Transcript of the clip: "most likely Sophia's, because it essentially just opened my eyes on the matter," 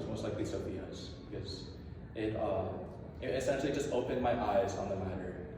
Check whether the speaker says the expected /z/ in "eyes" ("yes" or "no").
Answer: yes